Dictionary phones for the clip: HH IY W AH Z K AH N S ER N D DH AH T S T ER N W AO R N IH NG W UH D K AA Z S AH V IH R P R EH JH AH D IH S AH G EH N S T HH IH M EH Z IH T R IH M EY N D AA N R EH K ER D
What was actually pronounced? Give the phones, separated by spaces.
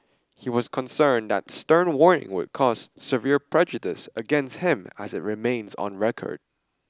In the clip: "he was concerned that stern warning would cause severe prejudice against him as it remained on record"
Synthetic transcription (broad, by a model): HH IY W AH Z K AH N S ER N DH AH T S T ER N W AO R N IH NG W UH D K AA Z S AH V IH R P R EH JH AH D IH S AH G EH N S T HH IH M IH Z IH T R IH M EY N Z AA N R EH K ER D